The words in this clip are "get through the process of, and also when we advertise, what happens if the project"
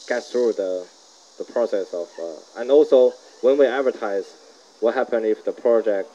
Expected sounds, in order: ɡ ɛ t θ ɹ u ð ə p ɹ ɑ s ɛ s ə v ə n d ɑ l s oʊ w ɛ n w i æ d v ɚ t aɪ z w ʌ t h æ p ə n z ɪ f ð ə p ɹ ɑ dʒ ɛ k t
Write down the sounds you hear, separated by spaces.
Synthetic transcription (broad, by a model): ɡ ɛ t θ ɹ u ð ə p ɹ ɑ s ɛ s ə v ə n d ɑ l s oʊ w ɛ n w i æ d v ɚ t aɪ z w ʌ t h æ p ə n ɪ f ð ə p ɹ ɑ dʒ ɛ k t